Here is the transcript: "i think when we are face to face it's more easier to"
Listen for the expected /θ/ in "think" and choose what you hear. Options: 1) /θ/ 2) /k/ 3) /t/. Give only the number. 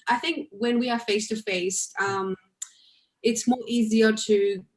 1